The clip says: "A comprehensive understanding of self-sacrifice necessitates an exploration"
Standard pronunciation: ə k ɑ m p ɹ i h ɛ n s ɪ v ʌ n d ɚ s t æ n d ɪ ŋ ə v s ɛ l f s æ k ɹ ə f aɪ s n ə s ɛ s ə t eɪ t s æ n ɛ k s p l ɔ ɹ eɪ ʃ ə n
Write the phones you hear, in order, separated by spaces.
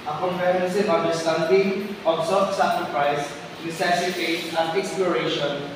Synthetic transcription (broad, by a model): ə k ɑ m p i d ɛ s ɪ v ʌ n d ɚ s t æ n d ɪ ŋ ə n s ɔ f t s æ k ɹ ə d aɪ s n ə s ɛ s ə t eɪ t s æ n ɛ k s p l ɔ ɹ eɪ ʃ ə n